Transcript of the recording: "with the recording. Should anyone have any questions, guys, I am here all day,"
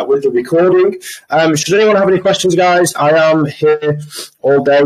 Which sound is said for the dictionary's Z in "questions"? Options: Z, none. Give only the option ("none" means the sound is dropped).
Z